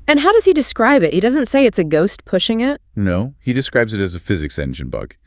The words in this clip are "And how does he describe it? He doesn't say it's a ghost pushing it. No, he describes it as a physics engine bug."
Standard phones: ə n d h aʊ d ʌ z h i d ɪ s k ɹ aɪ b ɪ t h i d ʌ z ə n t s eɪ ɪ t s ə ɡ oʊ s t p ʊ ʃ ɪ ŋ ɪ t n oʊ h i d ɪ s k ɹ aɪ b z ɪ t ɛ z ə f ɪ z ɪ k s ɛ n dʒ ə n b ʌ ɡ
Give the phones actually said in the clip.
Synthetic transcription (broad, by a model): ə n h aʊ d ʌ z i d ɪ s k ɹ aɪ b ɪ t h i d ʌ z ə n t s eɪ ɪ t s ə ɡ oʊ s t p ʊ ʃ ɪ ŋ ɪ t n oʊ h i d ɪ s k ɹ aɪ b z ɪ t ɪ z ə f ɪ z ɪ k s ɛ n dʒ ə n b ʌ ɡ